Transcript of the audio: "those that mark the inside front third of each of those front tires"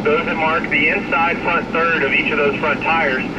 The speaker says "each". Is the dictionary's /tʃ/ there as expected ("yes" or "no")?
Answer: yes